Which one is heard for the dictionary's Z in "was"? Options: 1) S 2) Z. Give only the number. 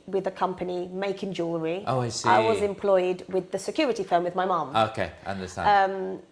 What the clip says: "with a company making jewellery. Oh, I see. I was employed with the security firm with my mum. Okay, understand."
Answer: 2